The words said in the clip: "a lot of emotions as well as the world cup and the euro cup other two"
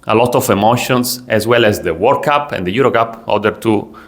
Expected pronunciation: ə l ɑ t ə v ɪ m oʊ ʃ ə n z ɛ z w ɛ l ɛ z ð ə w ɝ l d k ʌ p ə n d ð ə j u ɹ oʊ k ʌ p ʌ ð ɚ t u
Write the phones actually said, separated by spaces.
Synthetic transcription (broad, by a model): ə l ɑ t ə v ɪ m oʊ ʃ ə n s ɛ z w ɛ l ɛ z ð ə w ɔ d k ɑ p ə n d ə j u ɹ oʊ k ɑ p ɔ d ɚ t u